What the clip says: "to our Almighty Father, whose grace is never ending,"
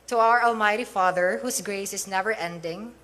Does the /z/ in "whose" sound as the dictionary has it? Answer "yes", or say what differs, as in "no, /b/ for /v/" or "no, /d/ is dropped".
no, /s/ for /z/